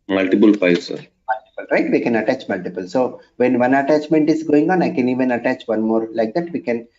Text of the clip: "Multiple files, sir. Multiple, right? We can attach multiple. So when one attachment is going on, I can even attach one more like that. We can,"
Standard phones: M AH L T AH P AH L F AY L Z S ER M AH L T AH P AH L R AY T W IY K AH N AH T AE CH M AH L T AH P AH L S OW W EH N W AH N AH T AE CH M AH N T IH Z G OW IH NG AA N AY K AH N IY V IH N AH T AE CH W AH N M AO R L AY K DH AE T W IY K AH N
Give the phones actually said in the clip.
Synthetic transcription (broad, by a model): M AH L T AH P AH L P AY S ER M AH L T AH P AH L R AY T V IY K AH N AH T AE CH M AH L T AH P AH L S OW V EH N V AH N AH T AE CH M AH N T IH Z G OW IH NG AA N AY K AH N IY V IH N AH T AE CH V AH N M AO R L AY K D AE T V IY K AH N